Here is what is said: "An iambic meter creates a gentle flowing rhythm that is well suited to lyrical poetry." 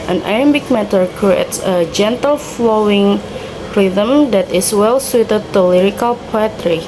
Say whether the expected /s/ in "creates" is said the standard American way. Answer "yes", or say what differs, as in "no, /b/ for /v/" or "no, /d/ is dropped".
yes